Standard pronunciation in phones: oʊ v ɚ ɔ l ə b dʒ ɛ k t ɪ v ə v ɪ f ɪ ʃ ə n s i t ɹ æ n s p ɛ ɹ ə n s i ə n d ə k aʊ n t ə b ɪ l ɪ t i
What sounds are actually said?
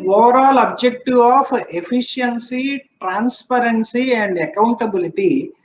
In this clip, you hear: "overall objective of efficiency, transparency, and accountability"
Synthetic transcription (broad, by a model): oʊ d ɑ l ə b dʒ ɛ k t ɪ ə p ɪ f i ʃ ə n s i t ɹ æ n s p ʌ ɹ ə n s i ə n d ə k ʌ n t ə b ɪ l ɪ t i